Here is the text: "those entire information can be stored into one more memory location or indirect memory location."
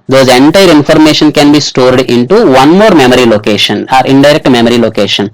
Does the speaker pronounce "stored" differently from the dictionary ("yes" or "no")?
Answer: no